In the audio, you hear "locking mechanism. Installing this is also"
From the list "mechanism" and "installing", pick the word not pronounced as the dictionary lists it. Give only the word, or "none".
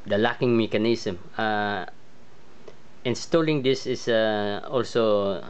mechanism